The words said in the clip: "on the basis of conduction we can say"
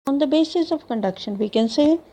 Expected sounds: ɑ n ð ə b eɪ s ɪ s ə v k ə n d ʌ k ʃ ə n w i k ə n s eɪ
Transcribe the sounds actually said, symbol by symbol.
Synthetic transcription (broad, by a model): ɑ n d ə b eɪ s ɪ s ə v k ə n d ʌ k ʃ ə n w i k ə n s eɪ